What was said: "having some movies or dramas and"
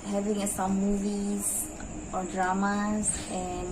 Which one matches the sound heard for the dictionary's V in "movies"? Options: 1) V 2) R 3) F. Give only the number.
1